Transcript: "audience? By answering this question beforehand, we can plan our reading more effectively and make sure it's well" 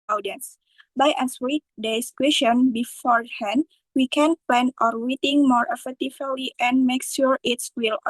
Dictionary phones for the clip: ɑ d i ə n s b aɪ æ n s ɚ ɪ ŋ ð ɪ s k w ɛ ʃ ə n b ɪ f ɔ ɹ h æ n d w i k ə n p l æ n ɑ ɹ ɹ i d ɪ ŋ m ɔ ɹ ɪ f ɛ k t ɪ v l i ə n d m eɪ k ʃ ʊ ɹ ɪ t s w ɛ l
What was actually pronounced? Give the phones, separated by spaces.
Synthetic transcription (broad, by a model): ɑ d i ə n s b aɪ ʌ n s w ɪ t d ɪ s k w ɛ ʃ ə n b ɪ f ɔ ɹ h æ n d w i k ə n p l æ n ɑ ɹ w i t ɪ ŋ m ɔ ɹ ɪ f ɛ k t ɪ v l i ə n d m eɪ k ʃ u ɹ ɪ t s w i l